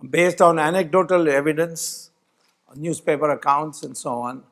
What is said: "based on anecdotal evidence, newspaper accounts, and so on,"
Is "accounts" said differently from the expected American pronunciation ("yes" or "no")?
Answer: no